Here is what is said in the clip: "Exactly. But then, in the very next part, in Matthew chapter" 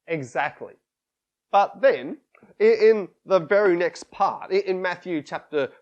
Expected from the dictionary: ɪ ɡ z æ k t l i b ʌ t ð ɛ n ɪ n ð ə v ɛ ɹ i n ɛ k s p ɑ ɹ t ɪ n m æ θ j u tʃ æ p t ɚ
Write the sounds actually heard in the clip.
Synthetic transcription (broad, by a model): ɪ ɡ z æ k t l i b ʌ t ð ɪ n ɪ n ð ə v ɛ ɹ i n ɛ k s p ɑ ɹ t ɪ n m æ θ j u tʃ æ p t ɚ